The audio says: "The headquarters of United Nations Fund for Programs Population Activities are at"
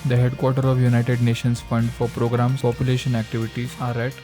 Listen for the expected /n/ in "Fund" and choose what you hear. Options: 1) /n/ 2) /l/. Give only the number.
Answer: 1